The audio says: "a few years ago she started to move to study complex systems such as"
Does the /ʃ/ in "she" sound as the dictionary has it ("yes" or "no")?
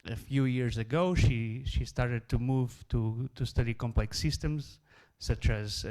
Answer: yes